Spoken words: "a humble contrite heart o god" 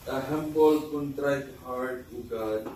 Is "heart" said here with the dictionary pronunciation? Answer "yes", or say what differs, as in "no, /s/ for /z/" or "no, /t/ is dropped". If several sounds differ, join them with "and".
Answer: no, /w/ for /ɹ/